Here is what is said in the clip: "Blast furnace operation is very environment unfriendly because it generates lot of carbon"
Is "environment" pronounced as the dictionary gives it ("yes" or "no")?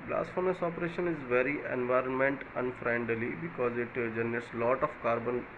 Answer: yes